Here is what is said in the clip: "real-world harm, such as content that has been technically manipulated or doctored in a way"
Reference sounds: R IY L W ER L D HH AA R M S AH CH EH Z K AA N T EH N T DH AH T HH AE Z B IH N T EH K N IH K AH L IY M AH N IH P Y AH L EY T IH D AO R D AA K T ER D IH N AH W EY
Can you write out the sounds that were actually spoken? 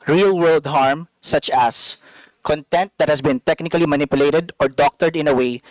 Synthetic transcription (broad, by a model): R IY L W ER L D HH AA R M S AH CH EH S K AA N T EH N T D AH T HH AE S B IH N T EH K N IH K AH L IY M AH N IH P Y AH L EY T IH D AO R D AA K T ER D IH N AH W EY